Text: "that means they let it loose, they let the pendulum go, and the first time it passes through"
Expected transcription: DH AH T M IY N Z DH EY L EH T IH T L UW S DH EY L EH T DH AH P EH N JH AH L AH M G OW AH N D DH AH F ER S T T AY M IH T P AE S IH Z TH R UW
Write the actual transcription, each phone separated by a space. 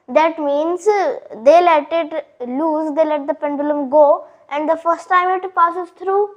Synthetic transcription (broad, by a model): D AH T M IY N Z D EY L EH T IH T L UW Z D EY L EH T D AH P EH N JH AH L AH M G OW AH N D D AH F ER S T T AY M IH T P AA S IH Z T R UW